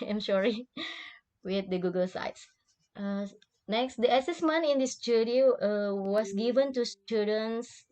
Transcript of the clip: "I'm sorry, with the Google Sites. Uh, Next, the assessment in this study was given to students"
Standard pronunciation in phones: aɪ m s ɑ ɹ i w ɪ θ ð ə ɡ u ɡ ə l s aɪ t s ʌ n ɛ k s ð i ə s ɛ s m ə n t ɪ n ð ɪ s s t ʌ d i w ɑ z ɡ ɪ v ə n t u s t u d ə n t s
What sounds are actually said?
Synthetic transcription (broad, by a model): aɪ m ʃ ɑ ɹ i w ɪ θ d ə ɡ u ɡ ə l s aɪ t s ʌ n ɛ k s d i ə s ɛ s m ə n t ɪ n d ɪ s s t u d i w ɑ s ɡ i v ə n t u s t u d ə n s